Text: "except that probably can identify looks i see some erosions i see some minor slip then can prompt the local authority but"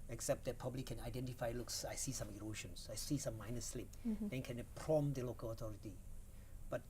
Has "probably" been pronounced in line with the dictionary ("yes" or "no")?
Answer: no